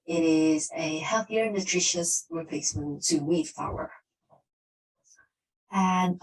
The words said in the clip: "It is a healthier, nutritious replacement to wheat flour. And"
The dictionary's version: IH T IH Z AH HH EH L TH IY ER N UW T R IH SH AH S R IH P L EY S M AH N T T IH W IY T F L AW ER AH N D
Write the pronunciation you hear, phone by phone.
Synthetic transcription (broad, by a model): IH T IH Z AH HH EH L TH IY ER N UW T R IH SH AH S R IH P EY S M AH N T T IH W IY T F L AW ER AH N